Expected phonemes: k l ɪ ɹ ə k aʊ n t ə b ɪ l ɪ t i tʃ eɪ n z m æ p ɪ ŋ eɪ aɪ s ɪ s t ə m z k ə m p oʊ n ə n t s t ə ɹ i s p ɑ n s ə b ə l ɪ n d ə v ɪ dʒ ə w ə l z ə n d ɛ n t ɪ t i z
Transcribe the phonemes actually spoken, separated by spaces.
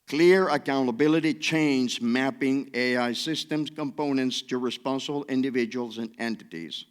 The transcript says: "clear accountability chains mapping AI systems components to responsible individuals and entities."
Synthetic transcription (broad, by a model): k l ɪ ɹ ə k aʊ n t ə b ɪ l ɪ t i tʃ eɪ n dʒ m æ p ɪ ŋ eɪ aɪ s ɪ s t ə m z k ə m p oʊ n ə n t s t ə ɹ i s p ɑ n s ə b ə l ɪ n d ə v ɪ dʒ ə w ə l z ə n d ɛ n t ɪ t i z